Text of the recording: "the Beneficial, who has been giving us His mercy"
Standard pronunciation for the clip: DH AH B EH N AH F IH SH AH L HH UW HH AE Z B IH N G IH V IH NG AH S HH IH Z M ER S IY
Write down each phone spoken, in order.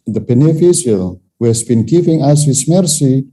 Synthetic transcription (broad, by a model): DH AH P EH N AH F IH S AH L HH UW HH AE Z B IH N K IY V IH NG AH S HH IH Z M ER S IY